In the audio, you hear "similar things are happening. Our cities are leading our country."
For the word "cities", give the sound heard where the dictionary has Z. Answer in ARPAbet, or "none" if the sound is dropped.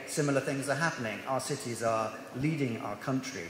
Z